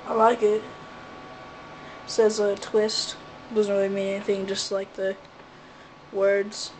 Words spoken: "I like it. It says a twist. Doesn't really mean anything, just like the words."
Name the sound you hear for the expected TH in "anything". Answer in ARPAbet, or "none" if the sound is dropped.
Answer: TH